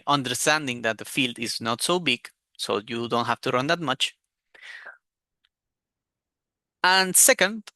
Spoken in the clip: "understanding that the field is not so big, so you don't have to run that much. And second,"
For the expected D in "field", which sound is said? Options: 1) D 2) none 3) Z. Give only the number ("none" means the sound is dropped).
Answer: 1